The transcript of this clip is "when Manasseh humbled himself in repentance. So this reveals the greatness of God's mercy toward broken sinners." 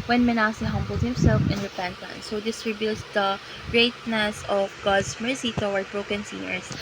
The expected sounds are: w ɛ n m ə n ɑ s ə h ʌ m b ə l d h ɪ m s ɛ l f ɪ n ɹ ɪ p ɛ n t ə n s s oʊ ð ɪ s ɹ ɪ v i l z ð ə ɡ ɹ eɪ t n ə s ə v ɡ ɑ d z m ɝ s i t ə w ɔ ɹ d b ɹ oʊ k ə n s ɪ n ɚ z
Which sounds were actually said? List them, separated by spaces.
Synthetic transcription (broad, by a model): w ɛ n m ə n ɑ s ə h ʌ m b ə l d h ɪ m s ɛ l f ɪ n ɹ ɪ p ɛ n t ə n s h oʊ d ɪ s ɹ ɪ b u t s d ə ɡ ɹ eɪ t n ə s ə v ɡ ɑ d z m ɝ s i t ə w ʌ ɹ b ɹ oʊ k ə n s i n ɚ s